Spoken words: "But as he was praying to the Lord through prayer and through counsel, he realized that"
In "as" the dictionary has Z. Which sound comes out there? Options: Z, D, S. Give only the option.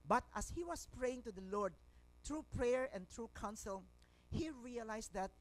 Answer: S